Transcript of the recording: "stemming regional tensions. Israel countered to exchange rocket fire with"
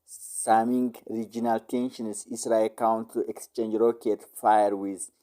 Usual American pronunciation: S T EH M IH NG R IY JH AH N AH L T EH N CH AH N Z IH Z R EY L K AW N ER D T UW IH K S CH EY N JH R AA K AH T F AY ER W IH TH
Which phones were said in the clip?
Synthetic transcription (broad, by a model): S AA M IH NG R IY JH AH N AH L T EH N SH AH N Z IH S R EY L K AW N T UW IH K S CH EY N JH R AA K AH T F AY ER W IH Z